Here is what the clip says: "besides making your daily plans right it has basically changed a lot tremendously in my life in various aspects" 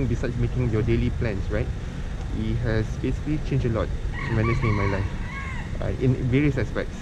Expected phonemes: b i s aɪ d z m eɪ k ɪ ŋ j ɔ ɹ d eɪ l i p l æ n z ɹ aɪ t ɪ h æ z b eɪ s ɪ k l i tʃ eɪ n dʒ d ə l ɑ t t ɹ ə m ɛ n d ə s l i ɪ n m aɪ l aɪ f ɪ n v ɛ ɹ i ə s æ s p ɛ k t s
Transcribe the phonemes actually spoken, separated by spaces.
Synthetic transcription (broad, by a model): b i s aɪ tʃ m eɪ k ɪ ŋ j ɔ d eɪ l i p l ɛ n s ɹ aɪ t ɪ h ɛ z b eɪ s ɪ k l i tʃ eɪ n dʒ ə l ɑ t t ə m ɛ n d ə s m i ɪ n m aɪ l aɪ f ɪ n v ɛ ɹ i ə s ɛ s p ɛ k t s